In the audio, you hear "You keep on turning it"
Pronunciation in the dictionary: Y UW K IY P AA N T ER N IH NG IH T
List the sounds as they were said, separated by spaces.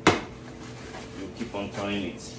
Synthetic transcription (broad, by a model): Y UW K IY P AA N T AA IH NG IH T